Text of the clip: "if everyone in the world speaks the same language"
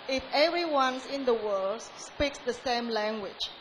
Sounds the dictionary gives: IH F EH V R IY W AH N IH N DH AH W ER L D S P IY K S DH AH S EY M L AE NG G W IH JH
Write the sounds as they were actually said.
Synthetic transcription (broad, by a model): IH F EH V R IY W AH N IH N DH AH W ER L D S P IY K S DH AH S EY M L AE NG G W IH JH